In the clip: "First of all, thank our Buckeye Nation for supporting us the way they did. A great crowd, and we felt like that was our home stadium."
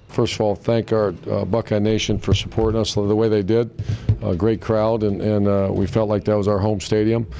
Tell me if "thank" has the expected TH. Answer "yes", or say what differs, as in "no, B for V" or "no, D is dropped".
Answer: yes